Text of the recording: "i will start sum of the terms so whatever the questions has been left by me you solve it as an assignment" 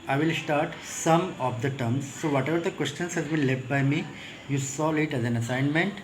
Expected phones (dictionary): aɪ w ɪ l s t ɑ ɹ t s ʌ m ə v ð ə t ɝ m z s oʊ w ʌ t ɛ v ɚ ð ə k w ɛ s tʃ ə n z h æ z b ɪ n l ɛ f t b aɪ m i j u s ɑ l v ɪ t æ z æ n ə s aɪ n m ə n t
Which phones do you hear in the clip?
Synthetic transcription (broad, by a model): aɪ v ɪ l s t ɑ ɹ t s ʌ m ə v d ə t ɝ m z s oʊ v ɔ t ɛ v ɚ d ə k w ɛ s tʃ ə n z h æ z b ɪ n l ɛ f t b aɪ m i j u s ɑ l ɪ t æ z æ n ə s aɪ n m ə n t